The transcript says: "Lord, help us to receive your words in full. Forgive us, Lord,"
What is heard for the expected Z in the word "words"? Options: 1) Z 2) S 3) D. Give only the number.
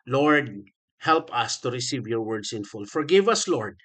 2